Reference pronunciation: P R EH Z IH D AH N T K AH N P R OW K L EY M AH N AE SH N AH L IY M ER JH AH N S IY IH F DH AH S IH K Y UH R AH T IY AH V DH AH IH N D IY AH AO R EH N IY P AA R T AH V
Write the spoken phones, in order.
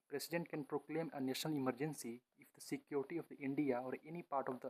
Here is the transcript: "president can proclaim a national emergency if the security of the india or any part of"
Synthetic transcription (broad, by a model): P R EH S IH D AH N T K AH N P R OW K L EY M AH N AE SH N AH L IY M ER JH AH N S IY IH F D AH S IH K Y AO R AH T IY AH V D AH IH N D IY AH AO R EH N IY P AA R T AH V